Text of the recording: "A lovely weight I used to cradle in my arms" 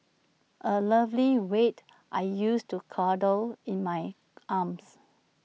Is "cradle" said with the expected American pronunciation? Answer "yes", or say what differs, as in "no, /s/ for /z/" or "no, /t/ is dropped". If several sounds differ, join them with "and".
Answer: no, /ɹ/ is dropped